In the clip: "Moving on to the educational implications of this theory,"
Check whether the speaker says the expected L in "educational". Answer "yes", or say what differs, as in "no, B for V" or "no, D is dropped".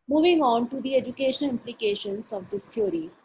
no, N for L